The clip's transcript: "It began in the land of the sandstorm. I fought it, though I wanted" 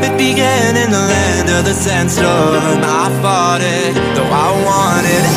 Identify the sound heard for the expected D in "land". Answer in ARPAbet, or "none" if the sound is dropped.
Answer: D